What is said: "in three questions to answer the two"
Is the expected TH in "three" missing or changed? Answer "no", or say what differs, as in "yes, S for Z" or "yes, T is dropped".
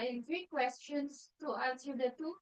yes, F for TH